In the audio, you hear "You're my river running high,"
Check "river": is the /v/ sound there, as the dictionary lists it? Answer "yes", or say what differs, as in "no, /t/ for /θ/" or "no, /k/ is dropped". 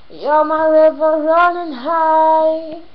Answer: yes